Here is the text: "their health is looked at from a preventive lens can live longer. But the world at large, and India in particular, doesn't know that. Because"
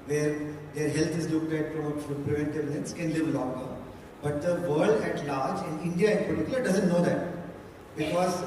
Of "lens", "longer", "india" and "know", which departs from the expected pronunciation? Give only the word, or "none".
lens